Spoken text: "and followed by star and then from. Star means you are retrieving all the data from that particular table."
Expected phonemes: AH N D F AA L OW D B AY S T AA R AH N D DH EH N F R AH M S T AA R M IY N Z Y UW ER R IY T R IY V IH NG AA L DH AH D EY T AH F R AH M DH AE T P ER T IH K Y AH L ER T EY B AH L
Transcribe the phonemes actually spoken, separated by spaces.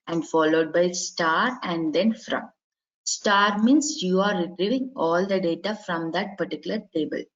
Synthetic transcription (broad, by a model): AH N D F AA L OW D B AY S T AA R AH N D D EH N F R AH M S T AA R M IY N S Y UW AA R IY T R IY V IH NG AA L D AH D EY T AH F R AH M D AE T P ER T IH K Y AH L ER T EY B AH L